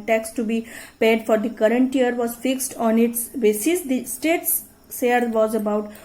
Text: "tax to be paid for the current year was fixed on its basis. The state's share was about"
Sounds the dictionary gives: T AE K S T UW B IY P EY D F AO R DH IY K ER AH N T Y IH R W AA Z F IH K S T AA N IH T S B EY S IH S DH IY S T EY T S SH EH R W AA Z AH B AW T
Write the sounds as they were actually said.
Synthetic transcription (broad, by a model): T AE K S T UW B IY P EY D F AO R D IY K ER AH N T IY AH R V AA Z F IH K S T AA N IH T S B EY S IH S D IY S T EY T S S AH R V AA Z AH B AW T